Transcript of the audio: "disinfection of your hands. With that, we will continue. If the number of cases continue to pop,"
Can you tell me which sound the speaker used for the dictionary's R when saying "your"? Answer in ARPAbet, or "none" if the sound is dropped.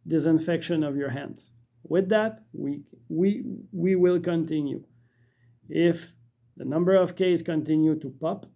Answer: R